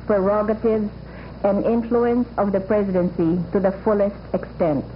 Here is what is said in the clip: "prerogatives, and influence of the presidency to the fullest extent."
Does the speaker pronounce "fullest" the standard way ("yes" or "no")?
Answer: yes